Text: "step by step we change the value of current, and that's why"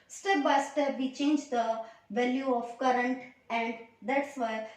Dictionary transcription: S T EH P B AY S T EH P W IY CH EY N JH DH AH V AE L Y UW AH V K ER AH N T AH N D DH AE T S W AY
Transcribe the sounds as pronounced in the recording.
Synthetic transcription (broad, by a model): S T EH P B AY S T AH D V IY CH EY N JH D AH V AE L Y UW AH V K ER AH N T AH L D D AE T S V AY